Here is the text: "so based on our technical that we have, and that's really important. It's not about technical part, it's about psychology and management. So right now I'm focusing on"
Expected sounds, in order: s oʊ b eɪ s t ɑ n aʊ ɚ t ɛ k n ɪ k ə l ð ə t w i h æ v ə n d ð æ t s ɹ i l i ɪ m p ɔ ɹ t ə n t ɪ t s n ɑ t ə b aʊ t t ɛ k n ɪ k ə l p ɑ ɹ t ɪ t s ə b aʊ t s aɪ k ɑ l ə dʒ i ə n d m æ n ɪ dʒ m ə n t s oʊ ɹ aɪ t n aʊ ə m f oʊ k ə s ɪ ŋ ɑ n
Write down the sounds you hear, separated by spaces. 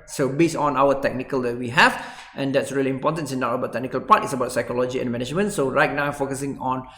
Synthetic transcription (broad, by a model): s oʊ b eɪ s ɑ n aʊ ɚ t ɛ k n ɪ k ə l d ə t w i h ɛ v ə n d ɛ t s ɹ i l i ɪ m p ɔ t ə n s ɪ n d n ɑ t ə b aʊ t t ɛ k n ɪ k ə l p ɑ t ɪ t s ə b aʊ t s aɪ k ɑ l ə dʒ i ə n m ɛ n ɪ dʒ m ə n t s oʊ ɹ aɪ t n aʊ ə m f oʊ k ə s ɪ ŋ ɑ n